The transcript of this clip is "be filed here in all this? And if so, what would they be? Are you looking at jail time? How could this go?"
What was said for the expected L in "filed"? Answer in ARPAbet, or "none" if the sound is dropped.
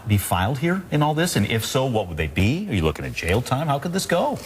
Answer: L